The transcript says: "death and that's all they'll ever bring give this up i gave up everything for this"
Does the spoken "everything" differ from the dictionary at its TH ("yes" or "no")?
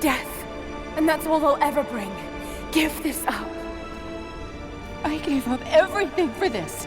no